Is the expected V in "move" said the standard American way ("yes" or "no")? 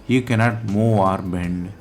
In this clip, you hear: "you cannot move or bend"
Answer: no